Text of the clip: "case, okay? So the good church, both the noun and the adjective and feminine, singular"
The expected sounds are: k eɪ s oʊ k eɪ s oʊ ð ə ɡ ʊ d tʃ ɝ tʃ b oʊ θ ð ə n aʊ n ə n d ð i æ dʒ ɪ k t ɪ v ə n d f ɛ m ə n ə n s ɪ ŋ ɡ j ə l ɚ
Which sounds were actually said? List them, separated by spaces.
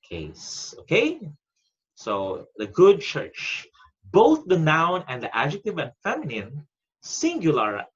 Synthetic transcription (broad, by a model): k eɪ s oʊ k eɪ s oʊ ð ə ɡ ʊ d tʃ ɝ tʃ b oʊ θ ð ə n aʊ n ə n d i æ dʒ ɪ k t ɪ v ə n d f ɛ m ə n ə n s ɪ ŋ ɡ j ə l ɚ